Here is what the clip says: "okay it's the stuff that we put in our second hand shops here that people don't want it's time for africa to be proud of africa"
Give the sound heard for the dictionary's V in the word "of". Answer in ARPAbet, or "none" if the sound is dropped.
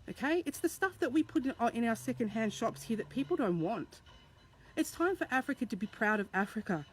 V